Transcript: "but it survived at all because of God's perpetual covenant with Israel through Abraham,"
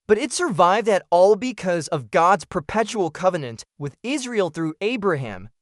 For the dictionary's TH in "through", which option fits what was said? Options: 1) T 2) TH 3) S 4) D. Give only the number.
2